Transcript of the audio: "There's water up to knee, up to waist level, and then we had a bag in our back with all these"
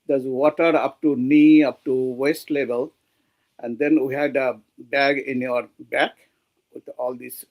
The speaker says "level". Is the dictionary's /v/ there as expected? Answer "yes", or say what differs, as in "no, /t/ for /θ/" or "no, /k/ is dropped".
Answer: no, /b/ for /v/